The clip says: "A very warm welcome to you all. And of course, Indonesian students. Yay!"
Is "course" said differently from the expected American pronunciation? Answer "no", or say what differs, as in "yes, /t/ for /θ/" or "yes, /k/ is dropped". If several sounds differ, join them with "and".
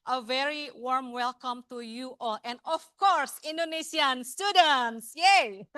no